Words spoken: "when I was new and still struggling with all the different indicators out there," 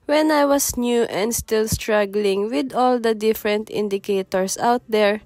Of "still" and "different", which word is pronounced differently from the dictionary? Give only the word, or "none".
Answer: none